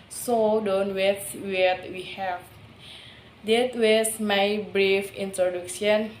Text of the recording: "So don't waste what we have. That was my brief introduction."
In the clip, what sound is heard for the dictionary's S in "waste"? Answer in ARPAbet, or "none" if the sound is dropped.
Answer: none